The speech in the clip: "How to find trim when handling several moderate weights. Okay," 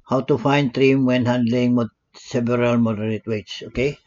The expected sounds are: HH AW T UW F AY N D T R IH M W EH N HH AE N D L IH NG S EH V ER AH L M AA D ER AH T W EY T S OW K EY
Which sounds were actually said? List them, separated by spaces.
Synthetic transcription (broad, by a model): HH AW T UW F AY N D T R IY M W EH N HH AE N D L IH NG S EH B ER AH L M AA D ER AH T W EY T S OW K EY